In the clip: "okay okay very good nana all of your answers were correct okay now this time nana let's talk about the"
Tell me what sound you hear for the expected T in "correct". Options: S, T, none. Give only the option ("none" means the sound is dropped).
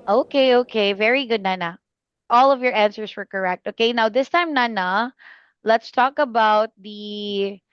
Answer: T